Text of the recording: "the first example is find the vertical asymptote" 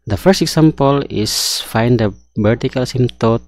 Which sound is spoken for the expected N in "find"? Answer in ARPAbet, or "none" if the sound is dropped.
N